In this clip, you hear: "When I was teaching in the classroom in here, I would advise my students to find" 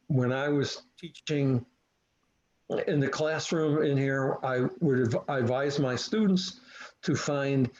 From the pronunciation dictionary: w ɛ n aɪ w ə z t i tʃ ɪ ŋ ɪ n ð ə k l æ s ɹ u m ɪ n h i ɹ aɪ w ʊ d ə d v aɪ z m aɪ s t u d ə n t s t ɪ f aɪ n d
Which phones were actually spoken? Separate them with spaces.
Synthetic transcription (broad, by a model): w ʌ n aɪ w ə z t i tʃ ɪ ŋ ɪ n ð ə k l æ s ɹ u m ɪ n h i ɹ aɪ w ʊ d ə d v aɪ z m aɪ s t u d n t s t ɪ f aɪ n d